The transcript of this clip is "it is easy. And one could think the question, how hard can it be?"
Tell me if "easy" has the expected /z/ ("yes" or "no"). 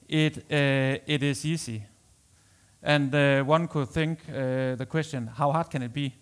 no